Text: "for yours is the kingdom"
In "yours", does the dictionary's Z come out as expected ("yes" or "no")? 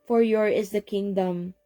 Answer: no